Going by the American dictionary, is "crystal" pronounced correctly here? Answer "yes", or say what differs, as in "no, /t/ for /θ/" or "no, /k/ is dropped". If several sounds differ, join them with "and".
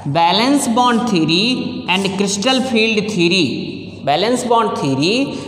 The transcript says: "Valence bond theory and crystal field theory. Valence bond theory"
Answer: yes